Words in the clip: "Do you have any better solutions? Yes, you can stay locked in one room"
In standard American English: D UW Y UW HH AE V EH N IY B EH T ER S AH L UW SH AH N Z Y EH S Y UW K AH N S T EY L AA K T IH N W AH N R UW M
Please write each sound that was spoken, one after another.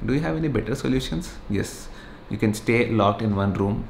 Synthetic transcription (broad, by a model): D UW Y UW HH AE V EH N IY B EH T ER S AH L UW SH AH N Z Y EH S Y UW K AH N S T EY L AA K T IH N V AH N R UW M